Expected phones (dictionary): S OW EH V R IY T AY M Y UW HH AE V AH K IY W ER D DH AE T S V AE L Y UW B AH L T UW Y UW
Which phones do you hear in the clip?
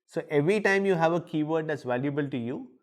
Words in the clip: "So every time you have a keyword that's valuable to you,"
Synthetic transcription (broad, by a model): S OW EH V R IY T AY M Y UW HH AE V AH K IY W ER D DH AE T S V AE L Y UW B AH L T UW Y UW